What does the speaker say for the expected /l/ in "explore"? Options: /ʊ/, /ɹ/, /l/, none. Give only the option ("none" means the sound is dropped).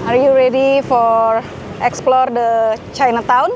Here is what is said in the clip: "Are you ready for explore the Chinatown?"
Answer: /l/